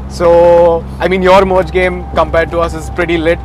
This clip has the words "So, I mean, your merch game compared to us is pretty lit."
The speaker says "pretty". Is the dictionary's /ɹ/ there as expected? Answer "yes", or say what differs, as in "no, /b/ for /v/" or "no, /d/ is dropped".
yes